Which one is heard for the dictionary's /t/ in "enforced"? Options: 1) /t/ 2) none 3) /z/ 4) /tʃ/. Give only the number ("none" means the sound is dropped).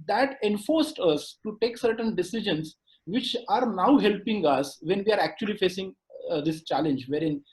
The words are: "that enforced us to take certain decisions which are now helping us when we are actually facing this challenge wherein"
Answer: 1